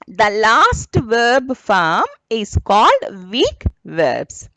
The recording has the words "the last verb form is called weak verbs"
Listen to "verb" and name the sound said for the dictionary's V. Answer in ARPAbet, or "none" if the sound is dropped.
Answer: V